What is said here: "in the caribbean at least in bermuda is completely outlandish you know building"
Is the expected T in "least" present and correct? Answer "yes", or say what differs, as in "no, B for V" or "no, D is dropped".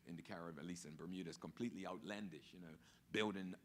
no, T is dropped